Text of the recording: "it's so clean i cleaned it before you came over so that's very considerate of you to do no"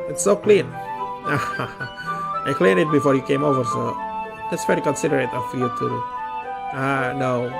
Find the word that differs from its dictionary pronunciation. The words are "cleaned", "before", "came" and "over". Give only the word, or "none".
cleaned